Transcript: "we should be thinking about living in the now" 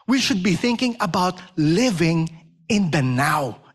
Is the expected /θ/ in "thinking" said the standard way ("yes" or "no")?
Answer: yes